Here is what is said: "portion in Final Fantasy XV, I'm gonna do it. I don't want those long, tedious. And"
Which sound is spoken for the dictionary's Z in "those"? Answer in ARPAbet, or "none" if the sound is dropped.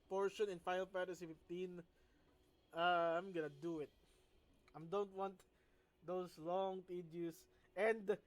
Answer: S